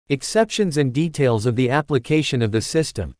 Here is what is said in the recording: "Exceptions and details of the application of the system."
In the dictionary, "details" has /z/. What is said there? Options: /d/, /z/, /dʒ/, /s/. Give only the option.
/z/